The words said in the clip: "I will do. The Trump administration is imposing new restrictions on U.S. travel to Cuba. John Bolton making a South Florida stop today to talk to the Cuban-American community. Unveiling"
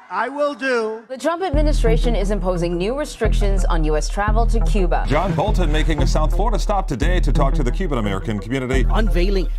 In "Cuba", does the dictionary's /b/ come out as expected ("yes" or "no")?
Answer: yes